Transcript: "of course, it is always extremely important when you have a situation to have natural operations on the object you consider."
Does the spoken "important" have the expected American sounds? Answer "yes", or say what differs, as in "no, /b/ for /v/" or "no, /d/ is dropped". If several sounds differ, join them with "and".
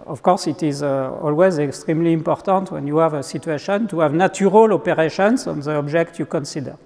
yes